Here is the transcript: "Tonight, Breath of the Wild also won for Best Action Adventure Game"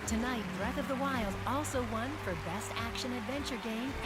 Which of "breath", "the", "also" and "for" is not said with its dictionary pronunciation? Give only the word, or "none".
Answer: none